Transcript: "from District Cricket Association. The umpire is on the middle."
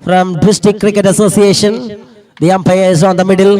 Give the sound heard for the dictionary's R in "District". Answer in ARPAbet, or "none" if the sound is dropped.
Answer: none